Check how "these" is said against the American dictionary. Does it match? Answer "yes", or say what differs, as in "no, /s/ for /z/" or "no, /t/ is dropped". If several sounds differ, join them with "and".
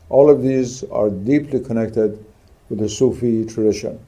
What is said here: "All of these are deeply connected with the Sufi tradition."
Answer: yes